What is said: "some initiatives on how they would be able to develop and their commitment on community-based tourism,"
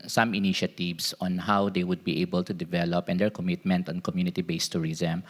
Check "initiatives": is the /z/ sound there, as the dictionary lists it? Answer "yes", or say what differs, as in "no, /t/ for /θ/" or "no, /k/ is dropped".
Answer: no, /s/ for /z/